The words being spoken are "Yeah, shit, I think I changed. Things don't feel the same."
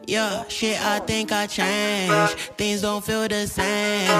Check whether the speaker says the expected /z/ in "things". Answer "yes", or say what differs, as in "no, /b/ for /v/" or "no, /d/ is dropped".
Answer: yes